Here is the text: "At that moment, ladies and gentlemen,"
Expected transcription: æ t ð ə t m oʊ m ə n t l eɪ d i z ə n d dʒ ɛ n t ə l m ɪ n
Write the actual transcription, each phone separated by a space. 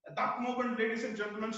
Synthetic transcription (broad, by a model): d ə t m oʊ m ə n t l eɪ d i s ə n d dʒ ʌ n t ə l m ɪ n